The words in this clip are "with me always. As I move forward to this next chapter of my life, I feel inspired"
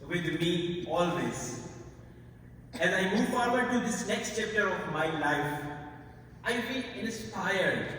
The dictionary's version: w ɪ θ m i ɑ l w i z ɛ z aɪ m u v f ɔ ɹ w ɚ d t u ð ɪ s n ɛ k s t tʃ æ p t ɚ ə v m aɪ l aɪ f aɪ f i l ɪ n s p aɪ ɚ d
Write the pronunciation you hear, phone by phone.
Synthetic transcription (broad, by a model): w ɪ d m i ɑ l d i s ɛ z aɪ m u v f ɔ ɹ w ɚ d t u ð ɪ s n ɛ k s t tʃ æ p t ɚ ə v m aɪ l aɪ f aɪ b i n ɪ n s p aɪ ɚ d